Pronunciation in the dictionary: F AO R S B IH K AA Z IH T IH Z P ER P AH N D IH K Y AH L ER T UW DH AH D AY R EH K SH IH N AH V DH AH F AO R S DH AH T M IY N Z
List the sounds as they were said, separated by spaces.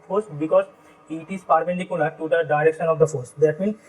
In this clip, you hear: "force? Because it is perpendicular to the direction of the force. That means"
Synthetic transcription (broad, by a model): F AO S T B IH K AA Z IH T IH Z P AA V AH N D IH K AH N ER T UW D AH D AY R EH K SH IH N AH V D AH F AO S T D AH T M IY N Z